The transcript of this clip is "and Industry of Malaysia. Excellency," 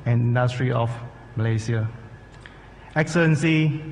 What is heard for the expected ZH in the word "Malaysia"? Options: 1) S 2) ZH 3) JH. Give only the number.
1